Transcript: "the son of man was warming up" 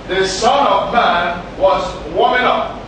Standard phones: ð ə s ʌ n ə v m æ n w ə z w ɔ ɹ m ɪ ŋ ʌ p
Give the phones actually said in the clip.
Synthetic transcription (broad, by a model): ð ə s ʌ n ə v m æ n w ə z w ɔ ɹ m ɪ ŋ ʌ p